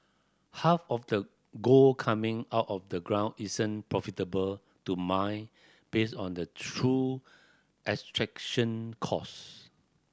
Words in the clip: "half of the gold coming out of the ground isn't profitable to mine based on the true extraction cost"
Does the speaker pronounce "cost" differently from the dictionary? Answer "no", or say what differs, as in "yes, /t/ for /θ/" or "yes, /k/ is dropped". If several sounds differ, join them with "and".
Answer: yes, /t/ is dropped